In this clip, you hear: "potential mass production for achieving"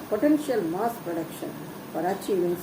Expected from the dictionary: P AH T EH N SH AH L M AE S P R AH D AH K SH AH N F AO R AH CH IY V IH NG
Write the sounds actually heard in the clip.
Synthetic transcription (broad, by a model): P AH T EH N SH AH L M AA S P R AH D AH K SH AH N P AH R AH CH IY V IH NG